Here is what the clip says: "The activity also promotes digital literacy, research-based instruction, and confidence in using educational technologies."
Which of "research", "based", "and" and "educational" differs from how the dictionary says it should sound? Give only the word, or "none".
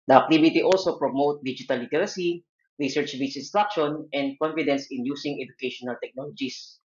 based